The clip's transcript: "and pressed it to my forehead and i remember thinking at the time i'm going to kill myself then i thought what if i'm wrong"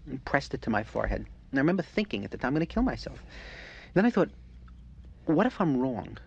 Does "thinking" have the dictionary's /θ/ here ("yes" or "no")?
yes